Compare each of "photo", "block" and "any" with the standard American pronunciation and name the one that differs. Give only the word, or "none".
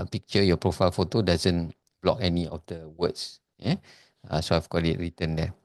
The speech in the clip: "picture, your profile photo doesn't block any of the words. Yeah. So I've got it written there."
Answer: none